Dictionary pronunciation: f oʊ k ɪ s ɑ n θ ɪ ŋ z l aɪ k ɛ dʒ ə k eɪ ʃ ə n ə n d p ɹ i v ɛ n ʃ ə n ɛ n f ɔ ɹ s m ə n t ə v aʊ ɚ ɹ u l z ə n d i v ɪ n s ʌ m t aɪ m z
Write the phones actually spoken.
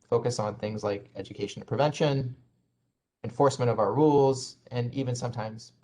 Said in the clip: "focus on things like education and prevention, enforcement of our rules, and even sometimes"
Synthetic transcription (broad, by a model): f oʊ k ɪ s n θ ɪ ŋ z l aɪ k ɛ dʒ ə k eɪ ə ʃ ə n p ɹ i v ɛ n ʃ ə n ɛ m f ɔ ɹ s m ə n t ə v aʊ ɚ ɹ u l z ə n i v ɪ n s ʌ m t aɪ m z